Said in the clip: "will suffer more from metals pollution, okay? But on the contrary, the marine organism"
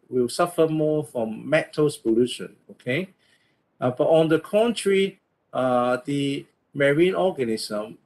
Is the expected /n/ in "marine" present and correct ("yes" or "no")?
yes